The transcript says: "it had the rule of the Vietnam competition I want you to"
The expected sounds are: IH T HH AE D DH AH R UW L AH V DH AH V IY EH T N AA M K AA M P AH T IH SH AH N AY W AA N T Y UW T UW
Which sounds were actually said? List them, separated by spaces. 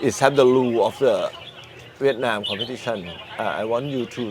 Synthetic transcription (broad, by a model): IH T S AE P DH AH L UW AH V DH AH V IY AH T N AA M K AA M P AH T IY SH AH N AY W AA N T Y UW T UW